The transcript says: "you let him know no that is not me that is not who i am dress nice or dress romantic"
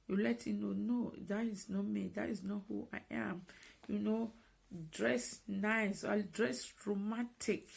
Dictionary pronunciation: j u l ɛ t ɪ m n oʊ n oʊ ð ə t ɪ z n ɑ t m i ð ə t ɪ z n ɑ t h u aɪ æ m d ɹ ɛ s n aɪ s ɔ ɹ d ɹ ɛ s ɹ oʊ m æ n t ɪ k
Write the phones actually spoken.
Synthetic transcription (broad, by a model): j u l ɛ t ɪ n oʊ n oʊ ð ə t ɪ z n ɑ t m i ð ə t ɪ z n ɑ t h u aɪ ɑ m d ɹ ɛ s n aɪ s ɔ l d ɹ ɛ s ɹ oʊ m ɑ n t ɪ k